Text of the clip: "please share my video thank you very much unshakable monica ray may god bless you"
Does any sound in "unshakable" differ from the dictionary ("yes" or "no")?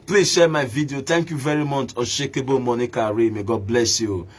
yes